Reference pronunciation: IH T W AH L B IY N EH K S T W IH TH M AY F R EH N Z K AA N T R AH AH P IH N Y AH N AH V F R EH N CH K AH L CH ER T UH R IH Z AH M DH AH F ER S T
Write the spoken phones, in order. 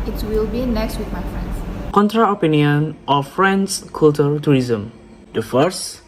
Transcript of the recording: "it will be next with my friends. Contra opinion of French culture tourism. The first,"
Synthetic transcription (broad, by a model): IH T W AH L B IY N EH K S T W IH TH M AY F R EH N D K AA N T R AH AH P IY N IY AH N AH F R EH N S K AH L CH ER T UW R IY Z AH M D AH F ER S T